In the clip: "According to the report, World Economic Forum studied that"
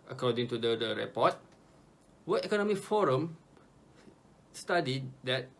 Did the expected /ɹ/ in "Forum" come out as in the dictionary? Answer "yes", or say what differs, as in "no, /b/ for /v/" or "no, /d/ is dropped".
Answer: yes